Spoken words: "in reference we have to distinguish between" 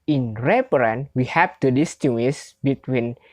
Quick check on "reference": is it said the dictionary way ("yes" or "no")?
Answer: no